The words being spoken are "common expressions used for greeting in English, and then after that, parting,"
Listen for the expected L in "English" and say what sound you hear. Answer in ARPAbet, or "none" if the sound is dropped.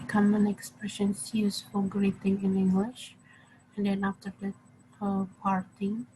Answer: L